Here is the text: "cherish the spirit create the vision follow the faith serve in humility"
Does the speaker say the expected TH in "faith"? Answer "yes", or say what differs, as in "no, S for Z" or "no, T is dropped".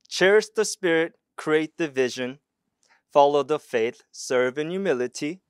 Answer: yes